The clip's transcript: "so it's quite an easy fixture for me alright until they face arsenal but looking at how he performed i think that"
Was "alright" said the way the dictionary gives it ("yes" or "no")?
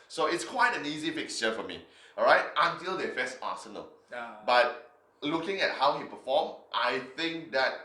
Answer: no